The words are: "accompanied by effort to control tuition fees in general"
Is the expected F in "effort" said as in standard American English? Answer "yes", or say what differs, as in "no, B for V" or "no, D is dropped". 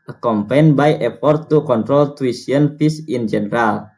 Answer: no, P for F